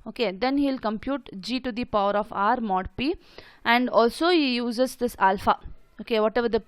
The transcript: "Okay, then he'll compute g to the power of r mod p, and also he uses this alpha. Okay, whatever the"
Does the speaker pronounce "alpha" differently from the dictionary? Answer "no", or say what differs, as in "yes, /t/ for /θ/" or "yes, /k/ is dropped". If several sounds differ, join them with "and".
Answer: no